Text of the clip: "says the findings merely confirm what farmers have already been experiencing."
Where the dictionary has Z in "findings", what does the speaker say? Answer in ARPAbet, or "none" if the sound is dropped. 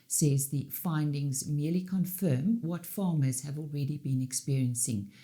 Z